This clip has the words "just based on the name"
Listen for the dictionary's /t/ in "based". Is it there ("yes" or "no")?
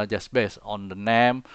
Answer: no